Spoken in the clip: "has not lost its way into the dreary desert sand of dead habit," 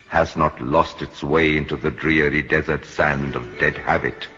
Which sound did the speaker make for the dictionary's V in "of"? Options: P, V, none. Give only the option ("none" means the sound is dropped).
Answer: V